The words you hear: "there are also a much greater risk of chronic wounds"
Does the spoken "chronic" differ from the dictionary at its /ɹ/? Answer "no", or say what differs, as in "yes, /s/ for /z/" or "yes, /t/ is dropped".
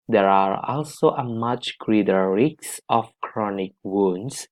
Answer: no